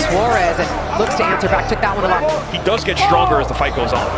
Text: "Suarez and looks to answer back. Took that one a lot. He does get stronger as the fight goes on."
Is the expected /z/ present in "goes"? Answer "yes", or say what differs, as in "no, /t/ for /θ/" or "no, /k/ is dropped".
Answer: yes